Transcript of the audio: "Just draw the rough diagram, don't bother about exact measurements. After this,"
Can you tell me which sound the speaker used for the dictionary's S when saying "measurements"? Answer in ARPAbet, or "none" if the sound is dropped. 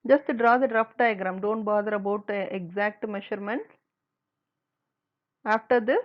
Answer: none